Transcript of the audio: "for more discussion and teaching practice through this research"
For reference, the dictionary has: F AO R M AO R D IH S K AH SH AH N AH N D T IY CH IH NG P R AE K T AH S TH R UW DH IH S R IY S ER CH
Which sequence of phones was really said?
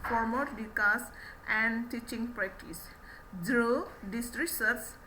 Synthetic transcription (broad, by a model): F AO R M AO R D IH K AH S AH N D T IY CH IH NG P R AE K T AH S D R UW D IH S R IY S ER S